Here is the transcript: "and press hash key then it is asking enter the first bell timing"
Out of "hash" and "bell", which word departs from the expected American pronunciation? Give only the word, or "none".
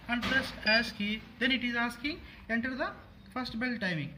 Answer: hash